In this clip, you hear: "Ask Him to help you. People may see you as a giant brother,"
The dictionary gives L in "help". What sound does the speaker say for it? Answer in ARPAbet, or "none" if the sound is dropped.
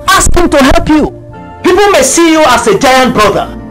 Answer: L